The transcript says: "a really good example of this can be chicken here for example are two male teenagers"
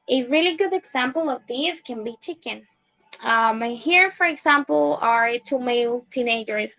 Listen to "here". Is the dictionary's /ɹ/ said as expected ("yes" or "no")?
yes